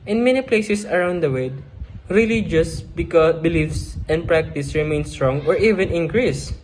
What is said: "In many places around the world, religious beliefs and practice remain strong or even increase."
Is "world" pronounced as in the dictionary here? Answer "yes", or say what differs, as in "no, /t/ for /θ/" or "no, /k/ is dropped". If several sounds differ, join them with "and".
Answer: no, /l/ is dropped